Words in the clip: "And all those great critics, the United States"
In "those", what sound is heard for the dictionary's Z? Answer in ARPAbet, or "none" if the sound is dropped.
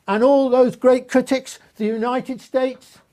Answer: Z